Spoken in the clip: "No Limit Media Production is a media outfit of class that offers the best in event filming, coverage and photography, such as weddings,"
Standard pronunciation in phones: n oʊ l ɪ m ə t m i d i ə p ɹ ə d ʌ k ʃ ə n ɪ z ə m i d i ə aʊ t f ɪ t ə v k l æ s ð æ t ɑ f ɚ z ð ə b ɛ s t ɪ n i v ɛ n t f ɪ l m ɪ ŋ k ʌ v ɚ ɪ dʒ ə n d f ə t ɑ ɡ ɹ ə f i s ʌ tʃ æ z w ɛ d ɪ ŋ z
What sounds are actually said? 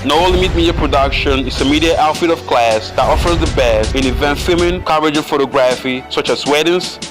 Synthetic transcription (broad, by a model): n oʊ l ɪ m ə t m i d i ə p ɹ ə d ʌ k ʃ ə n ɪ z ə m i d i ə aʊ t f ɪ t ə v k l æ s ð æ t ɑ f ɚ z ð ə b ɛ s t ɪ n i v ɛ n t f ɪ m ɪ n k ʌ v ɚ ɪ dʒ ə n f ə t ɑ ɡ ɹ ə f i s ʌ tʃ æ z w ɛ d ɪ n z